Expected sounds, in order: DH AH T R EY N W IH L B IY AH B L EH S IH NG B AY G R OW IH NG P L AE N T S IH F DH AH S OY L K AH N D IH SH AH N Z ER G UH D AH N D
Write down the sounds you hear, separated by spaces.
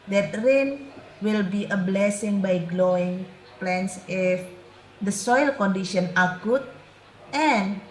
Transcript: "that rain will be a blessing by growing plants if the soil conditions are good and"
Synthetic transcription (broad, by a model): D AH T R EY N W IH L B IY AH B L EH S IH NG B AY G L OW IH NG P L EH N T S IH F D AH S OY L K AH N D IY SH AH N AA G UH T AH N